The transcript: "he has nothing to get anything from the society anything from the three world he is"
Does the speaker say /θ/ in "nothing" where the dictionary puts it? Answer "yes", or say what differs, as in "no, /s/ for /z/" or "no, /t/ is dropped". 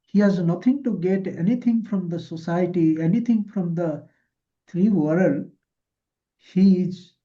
no, /t/ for /θ/